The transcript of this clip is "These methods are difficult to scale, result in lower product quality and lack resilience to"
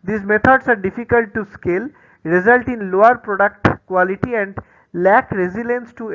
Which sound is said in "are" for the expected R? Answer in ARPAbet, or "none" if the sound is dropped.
R